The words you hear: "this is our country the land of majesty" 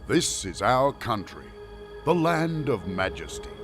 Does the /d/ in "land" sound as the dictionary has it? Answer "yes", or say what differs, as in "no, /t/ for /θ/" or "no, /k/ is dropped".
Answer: yes